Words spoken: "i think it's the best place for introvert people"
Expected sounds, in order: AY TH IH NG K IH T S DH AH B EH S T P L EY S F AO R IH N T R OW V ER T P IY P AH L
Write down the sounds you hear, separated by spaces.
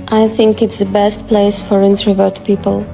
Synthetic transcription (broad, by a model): AY TH IH NG K IH T S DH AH B EH S T P L EY S F AO R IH N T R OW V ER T P IY P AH L